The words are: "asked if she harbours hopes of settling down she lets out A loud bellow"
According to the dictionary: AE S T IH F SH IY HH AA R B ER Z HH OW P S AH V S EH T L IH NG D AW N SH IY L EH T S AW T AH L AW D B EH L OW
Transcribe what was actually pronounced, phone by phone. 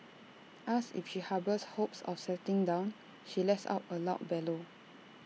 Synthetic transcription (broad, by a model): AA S IH F SH IY HH AA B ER S HH OW P S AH F S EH T IH NG D AW N SH IY L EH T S AW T AH L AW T B EH L OW